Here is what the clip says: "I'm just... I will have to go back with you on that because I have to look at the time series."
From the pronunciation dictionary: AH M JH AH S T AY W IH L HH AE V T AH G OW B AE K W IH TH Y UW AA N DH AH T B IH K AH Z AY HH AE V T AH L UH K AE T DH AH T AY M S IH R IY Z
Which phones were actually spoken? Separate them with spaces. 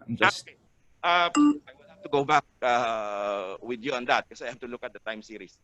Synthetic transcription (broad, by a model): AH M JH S T AY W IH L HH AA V T AH G OW B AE K W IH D Y UW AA N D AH T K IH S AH AY HH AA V T AH L UH K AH T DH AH T AY M S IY R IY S